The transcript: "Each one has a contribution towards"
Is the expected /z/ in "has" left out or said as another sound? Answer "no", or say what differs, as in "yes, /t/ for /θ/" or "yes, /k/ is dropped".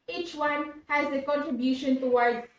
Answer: no